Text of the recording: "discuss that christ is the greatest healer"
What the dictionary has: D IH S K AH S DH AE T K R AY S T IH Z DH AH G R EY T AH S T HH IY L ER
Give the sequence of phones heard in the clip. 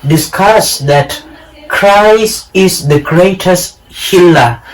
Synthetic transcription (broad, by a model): D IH S K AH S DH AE T K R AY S IH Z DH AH G R EY T AH S T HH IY L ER